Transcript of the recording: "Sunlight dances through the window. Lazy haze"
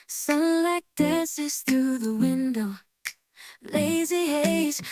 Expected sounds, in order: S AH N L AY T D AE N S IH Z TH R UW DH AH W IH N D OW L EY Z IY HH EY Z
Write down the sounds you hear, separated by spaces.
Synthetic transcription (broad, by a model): S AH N L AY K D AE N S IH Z TH R UW DH AH W IH N D OW L EY Z IY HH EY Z